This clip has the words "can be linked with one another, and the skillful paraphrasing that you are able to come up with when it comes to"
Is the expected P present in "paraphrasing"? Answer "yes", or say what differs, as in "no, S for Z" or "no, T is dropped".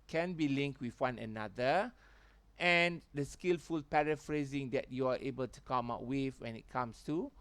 yes